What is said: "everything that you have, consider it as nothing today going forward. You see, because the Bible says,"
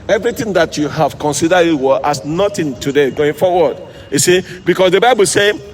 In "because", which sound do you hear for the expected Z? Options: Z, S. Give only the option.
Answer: S